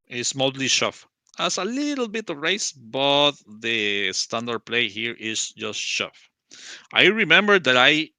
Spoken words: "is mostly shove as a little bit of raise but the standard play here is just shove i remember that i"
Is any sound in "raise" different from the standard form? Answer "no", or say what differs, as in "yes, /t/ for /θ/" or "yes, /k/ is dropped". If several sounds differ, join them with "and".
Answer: yes, /s/ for /z/